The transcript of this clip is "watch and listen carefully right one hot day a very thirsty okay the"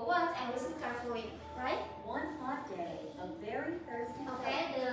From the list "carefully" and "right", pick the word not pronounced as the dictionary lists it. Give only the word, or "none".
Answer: carefully